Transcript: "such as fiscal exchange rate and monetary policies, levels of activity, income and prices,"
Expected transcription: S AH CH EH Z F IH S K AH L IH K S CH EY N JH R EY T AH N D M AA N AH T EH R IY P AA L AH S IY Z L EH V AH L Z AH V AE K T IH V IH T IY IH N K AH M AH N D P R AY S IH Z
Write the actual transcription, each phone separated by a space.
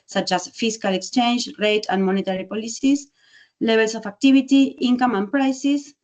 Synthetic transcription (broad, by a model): S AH CH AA S F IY S K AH L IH K S CH EY N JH R EY T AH N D M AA N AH T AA R IY P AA L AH S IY S L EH B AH L S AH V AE K T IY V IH T IY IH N K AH M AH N P R AY S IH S